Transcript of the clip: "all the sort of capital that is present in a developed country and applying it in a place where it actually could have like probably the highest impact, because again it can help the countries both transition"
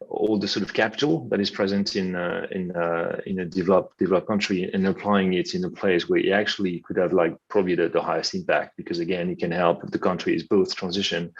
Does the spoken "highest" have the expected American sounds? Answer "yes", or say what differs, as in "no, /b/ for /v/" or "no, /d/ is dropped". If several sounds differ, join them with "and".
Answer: yes